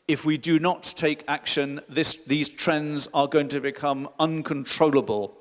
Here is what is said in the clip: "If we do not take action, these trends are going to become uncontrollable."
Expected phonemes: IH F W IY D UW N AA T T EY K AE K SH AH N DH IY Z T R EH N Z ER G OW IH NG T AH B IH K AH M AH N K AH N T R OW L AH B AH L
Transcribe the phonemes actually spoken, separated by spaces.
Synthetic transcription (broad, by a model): IH F W IY D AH N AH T T EY K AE K SH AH N DH IY Z T R EH N Z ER G OW IH NG T AH B IH K AH M AH N K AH N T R OW L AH B AH L